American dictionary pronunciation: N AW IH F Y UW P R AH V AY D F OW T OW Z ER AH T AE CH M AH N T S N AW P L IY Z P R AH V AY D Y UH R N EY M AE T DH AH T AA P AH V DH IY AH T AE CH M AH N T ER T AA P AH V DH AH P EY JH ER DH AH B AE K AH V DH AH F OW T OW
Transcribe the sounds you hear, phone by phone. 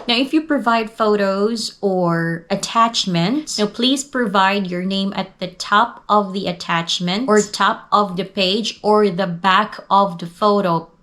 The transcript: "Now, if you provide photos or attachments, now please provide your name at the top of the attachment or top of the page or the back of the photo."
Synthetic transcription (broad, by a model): N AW IH F Y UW P R AH V AY D F OW T OW Z ER AH T AE CH M AH N T S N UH P L IY Z P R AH V AY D Y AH R N EY M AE T DH AH T AA P AH V DH IY AH T AE CH M AH N T ER T AA P AH V DH AH P EY JH ER DH AH B AE K AH V DH AH F OW T OW